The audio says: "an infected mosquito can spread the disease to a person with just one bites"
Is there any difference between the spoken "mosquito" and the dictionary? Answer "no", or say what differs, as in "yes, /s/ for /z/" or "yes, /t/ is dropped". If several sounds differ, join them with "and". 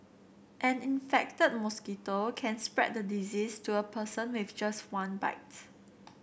no